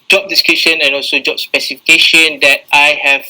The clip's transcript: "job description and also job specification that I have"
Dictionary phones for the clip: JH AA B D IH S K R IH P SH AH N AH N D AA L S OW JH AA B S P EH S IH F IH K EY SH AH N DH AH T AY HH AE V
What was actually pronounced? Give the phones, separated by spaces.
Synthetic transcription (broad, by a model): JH AA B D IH S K IH SH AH N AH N AA L S OW JH AA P S P EH S IH F IH K EY SH AH N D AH T AY HH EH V